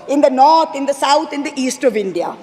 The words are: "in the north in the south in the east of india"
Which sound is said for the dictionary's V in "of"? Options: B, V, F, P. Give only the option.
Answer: V